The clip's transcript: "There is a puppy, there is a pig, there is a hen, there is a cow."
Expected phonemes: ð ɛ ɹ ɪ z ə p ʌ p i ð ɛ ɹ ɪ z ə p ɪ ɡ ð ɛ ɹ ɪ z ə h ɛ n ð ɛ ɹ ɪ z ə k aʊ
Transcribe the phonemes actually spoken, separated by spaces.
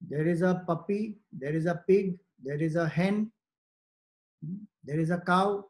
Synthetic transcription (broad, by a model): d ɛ ɹ ɪ z ə p ʌ p i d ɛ ɹ ɪ z ə p ɪ ɡ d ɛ ɹ ɪ z ə h ɛ n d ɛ ɹ ɪ z ə k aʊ